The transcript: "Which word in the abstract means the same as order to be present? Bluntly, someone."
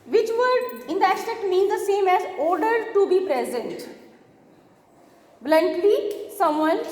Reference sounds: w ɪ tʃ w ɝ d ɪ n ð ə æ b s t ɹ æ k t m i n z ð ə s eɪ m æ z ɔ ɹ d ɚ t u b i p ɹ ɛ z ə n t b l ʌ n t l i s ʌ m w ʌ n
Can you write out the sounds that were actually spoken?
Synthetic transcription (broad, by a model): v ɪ tʃ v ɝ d ɪ n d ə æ s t ɛ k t m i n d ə s eɪ m æ z ɔ ɹ d ɚ t u b i p ɹ ɛ z ə n t b l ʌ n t l i s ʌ m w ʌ n